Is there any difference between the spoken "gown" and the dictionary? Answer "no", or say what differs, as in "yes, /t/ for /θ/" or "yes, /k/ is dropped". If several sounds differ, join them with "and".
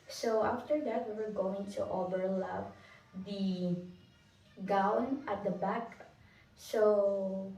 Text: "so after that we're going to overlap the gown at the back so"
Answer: no